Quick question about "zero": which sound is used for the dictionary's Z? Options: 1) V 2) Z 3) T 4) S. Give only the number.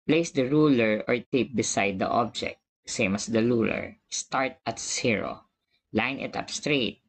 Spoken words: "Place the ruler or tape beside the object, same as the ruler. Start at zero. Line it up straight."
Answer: 4